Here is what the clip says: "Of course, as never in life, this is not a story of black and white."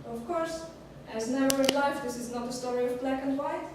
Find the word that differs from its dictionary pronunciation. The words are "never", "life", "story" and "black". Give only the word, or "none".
never